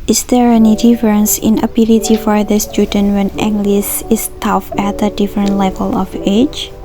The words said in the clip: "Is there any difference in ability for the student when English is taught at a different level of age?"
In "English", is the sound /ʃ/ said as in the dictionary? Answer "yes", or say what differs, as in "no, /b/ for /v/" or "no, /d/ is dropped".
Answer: no, /s/ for /ʃ/